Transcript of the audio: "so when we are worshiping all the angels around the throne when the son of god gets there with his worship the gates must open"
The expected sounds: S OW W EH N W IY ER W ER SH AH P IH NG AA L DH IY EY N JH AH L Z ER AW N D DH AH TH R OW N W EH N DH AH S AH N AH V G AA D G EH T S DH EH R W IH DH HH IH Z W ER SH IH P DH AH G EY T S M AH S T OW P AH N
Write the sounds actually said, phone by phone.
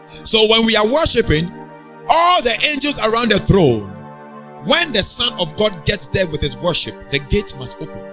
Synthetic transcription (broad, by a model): S OW W EH N W IY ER W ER SH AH P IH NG AA L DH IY EY N JH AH L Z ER AW N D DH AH TH R OW N W EH N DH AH S AH N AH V G AA D G EH T S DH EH W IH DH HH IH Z W ER SH IH P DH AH G EY T M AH S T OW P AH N